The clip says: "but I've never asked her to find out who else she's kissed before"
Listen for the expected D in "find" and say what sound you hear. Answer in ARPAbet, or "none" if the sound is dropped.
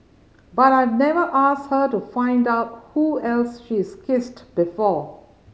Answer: D